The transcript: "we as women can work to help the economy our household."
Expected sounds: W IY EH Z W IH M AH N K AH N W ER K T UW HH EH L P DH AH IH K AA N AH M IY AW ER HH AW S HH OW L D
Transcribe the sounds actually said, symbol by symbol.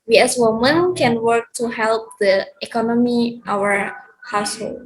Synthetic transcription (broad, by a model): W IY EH S W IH M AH N K AH N W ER K T UW HH EH L P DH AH IH K AA N AH M IY AW ER HH AW S HH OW L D